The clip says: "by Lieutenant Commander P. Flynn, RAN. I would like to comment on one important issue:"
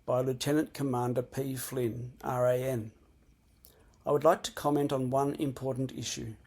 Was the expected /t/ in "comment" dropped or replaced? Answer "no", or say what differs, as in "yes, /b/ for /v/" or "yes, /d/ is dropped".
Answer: no